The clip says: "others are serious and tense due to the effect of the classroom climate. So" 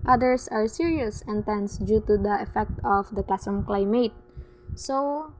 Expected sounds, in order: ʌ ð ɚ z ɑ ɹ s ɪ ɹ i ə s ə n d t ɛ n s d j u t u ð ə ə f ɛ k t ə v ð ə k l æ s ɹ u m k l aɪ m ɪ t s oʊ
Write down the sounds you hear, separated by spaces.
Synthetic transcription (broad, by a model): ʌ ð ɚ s ɑ ɹ s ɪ ɹ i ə s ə n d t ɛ n s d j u t u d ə ə f ɛ k t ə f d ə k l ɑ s ʌ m k l aɪ m ɪ t s oʊ